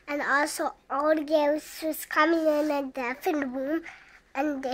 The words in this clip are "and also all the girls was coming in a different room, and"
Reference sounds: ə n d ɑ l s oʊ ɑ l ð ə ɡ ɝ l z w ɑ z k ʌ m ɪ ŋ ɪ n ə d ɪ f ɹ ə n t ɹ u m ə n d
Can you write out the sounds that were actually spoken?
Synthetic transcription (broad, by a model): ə n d ɑ l s oʊ ɑ l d ɡ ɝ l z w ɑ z k ʌ m ɪ ŋ ɪ n ə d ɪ f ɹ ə n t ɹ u m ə n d